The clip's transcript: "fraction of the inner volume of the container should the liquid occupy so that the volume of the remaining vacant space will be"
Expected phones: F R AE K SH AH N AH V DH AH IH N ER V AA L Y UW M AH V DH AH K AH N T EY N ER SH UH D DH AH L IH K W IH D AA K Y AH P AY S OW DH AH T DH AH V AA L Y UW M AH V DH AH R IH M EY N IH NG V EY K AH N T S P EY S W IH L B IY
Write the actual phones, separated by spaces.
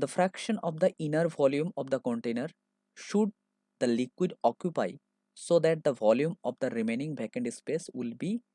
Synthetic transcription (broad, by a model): F R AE K SH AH N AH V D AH IH N ER V AA L Y UW M AH V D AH K AH N T EY N ER SH UH D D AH L IH K W IH D AA K Y AH P AY S OW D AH T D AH V AA L Y UW M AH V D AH R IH M EY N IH NG B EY K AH N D S P EY S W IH L B IY